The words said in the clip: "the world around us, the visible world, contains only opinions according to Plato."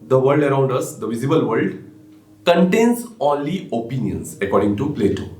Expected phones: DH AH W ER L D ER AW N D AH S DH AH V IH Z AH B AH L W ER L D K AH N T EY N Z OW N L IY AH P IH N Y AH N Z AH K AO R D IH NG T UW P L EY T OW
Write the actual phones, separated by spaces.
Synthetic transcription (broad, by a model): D AH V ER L D ER AW N D AH S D AH V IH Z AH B AH L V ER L D K AH N T EY N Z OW L IY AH P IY N Y AH N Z AH K AO R D IH NG T UW P L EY T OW